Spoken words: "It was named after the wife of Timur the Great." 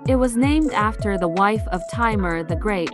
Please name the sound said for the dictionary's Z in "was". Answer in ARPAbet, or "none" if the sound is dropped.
Z